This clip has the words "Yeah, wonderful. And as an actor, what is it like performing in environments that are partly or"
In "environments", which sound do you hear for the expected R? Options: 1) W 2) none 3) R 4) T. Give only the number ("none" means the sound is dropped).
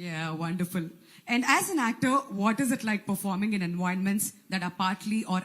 2